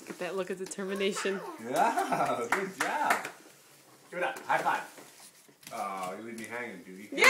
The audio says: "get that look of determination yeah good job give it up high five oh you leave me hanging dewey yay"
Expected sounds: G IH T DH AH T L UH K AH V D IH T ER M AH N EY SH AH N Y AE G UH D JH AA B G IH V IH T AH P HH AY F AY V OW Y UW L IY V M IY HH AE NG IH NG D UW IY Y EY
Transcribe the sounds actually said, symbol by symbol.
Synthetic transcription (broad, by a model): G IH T DH AH T L UH K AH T D IH T ER M AH N EY SH AH N Y AE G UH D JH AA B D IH IH T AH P HH AY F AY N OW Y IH L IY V M IY HH AE NG IH NG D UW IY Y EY